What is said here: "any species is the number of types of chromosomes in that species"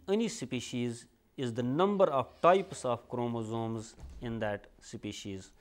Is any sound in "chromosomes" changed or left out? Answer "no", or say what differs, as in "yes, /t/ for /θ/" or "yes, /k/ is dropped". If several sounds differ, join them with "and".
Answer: no